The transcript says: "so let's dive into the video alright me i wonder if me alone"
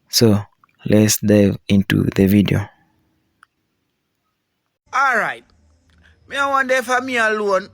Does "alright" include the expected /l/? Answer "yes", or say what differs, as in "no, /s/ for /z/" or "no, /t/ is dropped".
yes